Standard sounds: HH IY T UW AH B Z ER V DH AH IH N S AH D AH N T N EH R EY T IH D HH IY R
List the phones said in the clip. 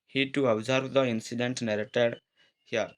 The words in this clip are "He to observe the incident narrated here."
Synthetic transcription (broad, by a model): HH IY T UW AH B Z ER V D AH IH N S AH D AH N T N EH R EY T IH D HH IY R